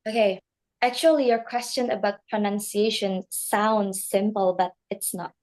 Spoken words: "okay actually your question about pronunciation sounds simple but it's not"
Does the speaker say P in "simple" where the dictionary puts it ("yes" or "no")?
yes